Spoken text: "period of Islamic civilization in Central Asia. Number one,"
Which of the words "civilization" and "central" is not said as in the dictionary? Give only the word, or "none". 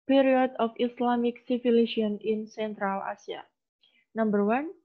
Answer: civilization